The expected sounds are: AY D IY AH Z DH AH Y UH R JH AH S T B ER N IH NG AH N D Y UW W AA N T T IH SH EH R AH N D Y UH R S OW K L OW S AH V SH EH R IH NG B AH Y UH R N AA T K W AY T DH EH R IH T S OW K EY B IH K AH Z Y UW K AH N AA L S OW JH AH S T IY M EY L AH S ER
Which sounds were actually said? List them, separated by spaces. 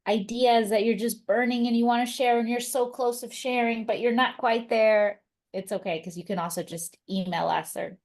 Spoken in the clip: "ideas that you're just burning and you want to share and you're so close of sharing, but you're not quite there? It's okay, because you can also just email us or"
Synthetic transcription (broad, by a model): AY D IY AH Z DH AH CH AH R JH AH S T B ER N IH NG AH N Y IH W AA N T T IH SH EH R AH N Y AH R S OW K L OW S AH V SH EH R IH NG B AH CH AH R N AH T K W AY T DH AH R IH T S OW K EY IH K AH Z Y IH K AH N AA L S OW JH AH S T IY M EY L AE S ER